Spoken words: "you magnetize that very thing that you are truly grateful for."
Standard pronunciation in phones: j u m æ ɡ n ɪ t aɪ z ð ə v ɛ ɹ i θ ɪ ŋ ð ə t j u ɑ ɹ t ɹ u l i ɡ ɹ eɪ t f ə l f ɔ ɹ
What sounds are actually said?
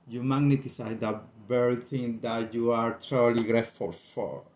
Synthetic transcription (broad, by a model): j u m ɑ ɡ n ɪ t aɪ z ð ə b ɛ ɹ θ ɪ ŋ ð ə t j u ɑ ɹ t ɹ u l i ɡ ɹ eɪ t f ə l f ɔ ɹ